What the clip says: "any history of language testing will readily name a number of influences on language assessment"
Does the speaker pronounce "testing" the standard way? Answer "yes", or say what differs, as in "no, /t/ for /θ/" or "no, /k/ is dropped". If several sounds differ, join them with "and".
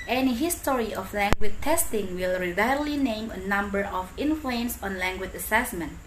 yes